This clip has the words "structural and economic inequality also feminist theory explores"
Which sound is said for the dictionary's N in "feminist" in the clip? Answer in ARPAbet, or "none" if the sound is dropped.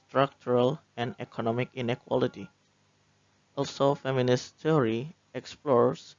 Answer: N